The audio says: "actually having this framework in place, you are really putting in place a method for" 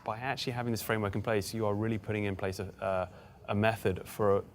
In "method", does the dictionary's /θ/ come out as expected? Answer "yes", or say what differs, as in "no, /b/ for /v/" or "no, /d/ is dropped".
yes